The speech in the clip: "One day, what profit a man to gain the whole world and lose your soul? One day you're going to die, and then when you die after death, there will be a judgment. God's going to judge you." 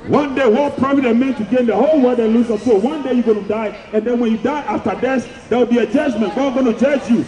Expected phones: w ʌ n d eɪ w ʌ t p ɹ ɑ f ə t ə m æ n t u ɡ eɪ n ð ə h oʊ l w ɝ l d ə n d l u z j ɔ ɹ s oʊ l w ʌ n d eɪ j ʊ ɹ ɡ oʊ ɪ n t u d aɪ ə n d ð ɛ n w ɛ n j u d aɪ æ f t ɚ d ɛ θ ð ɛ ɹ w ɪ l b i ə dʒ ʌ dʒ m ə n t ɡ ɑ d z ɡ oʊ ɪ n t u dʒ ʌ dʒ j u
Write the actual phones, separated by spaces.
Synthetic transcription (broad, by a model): w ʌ n d eɪ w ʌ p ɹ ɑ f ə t ə m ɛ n t u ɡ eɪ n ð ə h oʊ l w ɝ d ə l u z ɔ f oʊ w ʌ n d eɪ j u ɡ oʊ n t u d aɪ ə n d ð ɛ n w ɛ n j u d aɪ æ f t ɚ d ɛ s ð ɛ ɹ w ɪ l b i ə dʒ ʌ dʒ m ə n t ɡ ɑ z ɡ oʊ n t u dʒ ʌ dʒ j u